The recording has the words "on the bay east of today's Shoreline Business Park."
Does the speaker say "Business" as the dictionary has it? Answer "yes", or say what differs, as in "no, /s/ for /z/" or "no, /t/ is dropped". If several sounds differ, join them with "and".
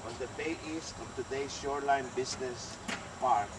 no, /s/ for /z/